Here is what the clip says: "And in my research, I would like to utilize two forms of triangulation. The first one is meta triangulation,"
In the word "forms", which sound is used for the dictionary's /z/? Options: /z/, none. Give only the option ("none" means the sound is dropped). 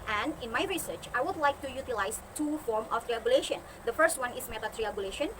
none